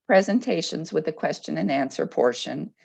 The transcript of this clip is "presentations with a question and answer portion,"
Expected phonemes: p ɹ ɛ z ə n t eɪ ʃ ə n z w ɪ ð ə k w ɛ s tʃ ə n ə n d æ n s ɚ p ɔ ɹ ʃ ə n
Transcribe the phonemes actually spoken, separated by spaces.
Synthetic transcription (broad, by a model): p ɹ ɛ z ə n t eɪ ʃ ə n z w ɪ ð ə k w ɛ s tʃ ə n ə n æ n s ɚ p ɔ ɹ ʃ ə n